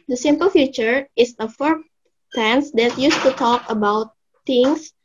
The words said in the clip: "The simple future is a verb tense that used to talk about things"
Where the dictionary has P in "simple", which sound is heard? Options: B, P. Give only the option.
P